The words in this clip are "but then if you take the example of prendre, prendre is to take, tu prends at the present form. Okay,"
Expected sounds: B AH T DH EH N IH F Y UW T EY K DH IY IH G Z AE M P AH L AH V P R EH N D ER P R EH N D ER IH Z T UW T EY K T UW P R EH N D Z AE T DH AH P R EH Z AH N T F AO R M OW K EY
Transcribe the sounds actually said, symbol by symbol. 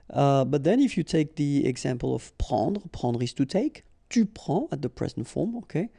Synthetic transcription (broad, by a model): B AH T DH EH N IH F Y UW T EY K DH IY IH G Z AE M P AH L AH V P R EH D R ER P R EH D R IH S T UW T EY K T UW P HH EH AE T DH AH P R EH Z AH N T F AO R M OW K EY